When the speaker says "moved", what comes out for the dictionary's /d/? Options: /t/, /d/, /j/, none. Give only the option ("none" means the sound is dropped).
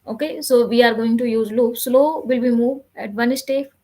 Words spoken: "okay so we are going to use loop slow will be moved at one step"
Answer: none